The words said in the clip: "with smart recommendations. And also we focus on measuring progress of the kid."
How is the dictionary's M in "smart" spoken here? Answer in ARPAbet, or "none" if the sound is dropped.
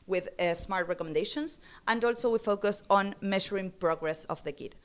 M